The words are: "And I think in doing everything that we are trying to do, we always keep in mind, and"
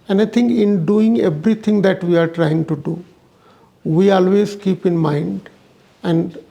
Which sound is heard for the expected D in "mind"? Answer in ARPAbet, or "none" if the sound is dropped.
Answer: D